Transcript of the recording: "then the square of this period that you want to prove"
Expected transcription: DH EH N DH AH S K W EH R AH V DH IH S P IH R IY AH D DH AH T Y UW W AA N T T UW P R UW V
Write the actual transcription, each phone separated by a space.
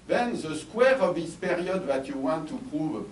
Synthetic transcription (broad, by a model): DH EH N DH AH S K W EH R AH V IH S P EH R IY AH D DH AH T Y UW W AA N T T UW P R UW V